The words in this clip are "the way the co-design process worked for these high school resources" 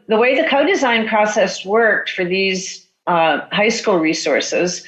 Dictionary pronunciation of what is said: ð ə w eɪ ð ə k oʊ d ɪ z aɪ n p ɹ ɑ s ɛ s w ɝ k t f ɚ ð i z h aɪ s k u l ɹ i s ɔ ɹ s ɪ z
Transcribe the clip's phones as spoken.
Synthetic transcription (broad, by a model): ð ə w eɪ ð ə k oʊ d ɪ z aɪ n p ɹ ɑ s ɛ s w ɝ k t f ɚ ð i z h aɪ s k u l ɹ i s ɔ ɹ s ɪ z